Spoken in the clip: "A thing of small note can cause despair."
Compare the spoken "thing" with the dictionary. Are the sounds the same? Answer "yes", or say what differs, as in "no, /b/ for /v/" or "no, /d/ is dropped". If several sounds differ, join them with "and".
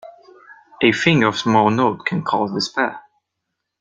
no, /f/ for /θ/